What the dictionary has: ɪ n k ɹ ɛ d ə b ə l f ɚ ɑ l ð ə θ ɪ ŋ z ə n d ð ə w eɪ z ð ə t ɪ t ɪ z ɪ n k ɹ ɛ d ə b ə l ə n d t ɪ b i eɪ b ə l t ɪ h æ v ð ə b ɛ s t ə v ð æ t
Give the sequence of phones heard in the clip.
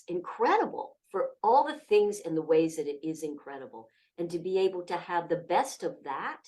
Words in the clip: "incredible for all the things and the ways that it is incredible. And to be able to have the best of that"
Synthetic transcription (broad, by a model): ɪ n k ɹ ɛ d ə b l f ɚ ɑ l ð ə θ ɪ ŋ z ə n ð ə w eɪ z ð ə t ɪ t ɪ z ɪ n k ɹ ɛ d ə b l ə n t ɪ b i eɪ b l t ɪ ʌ v ð ə b ɛ s t ə v ð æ t